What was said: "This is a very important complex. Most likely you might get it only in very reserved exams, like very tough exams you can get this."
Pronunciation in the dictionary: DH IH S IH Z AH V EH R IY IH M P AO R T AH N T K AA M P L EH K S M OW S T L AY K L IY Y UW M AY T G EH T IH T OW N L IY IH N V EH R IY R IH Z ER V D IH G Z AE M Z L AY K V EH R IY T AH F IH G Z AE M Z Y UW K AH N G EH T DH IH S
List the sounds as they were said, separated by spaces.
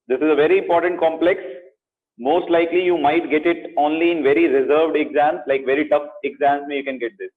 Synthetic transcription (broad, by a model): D IH S IH Z AH V EH R IY IH M P AO R T AH N T K AA M P L EH K S M OW S T L AY K L IY Y UW M AY T G EH T IH T OW N L IY IH N V EH R IY R IH Z ER V D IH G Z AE M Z L AY K V EH R IY T AH F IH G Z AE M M Y UW K AH N G EH T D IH S